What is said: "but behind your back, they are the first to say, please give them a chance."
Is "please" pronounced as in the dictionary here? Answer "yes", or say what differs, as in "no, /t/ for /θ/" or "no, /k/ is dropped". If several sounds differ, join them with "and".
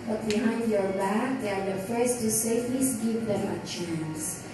no, /f/ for /p/